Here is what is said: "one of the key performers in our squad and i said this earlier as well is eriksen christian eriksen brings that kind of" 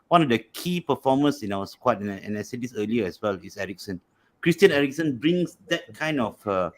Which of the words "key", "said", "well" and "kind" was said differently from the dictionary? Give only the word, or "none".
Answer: none